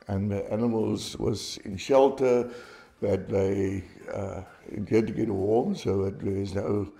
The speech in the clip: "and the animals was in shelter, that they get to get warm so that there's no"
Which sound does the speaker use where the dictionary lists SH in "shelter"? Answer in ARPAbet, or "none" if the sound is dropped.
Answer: SH